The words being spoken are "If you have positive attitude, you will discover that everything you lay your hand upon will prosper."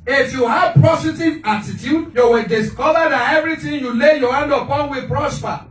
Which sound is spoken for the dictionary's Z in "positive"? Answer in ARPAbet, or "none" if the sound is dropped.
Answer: S